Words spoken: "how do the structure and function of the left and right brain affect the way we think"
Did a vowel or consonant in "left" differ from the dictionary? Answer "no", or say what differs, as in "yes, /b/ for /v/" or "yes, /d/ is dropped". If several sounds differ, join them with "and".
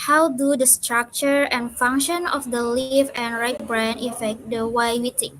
yes, /t/ is dropped